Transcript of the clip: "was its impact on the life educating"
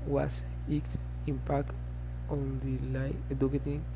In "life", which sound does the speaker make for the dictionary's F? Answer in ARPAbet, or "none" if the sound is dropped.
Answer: none